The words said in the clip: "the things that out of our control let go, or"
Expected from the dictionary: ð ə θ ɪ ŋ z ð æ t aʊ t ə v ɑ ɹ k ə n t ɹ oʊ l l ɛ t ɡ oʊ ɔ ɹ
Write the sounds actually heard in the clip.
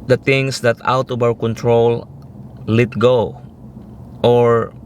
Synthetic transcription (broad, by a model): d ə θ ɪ ŋ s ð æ t aʊ t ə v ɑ w k ə n t ɹ oʊ l l ɛ t ɡ oʊ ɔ ɹ